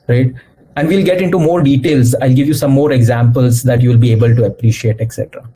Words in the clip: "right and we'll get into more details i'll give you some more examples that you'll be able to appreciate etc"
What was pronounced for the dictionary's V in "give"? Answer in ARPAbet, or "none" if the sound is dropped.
V